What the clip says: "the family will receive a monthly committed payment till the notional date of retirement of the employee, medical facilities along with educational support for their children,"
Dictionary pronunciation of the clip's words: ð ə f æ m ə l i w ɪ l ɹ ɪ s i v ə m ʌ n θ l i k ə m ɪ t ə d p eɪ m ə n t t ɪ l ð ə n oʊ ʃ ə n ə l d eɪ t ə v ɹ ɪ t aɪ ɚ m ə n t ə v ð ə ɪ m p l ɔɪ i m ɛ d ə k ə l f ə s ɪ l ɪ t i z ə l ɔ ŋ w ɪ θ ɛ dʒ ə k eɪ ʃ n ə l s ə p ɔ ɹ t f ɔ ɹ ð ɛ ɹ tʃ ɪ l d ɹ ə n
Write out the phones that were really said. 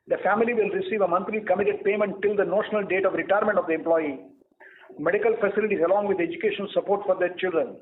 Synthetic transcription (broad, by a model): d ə f æ m ə l i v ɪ l ɹ ɪ s i v ə m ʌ n t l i k ə m ɪ t ə d p eɪ m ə n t t ɪ l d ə n oʊ ʃ ə n ə l d eɪ t ə v ɹ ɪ t aɪ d m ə n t ə v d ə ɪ m p l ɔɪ i m ɛ d ə k ə l f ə s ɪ l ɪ t i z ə l ɔ ŋ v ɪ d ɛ dʒ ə k eɪ ʃ ə n s ə p ɔ ɹ t f ɔ ɹ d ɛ ɹ tʃ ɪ l d ɹ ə n